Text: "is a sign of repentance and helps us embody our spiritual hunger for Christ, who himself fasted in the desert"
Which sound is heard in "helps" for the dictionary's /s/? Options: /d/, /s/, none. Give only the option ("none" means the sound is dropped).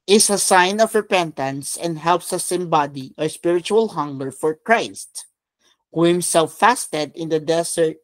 /s/